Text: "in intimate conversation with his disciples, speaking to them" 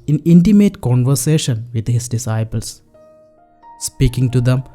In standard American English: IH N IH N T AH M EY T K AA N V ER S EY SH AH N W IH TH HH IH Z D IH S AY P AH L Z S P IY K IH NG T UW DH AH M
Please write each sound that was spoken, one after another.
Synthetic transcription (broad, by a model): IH N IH N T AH M EY T K AA N V ER S EY SH AH N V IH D HH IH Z D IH S AY P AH L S S P IY K IH NG T UW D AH M